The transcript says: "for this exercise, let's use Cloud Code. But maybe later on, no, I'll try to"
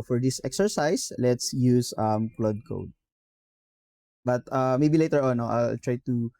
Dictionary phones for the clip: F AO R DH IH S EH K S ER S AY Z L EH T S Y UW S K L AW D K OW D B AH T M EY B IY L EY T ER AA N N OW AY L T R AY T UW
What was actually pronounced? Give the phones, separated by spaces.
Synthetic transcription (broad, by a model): F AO R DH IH S EH K S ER S AY S L EH T S Y UW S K L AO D K OW D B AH T M EY B IY L EY T ER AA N N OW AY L T R AY T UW